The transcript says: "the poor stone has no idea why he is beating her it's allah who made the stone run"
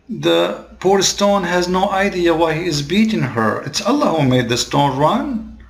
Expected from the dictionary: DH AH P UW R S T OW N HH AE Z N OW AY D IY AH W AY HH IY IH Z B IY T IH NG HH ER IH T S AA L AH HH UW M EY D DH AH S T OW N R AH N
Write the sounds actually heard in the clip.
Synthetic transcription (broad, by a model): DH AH P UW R S T OW N HH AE Z N OW AY D IY AH W AY HH IY IH Z B IY T IH NG HH ER IH T S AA L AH HH UW M EY D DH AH S T OW N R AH N